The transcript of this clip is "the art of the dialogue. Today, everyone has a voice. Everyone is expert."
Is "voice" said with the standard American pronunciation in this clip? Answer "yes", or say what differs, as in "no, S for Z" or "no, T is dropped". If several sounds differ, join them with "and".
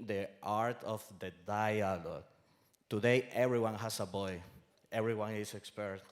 no, B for V and S is dropped